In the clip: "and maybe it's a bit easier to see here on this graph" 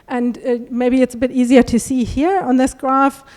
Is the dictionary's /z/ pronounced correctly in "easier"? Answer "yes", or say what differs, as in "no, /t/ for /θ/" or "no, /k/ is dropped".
yes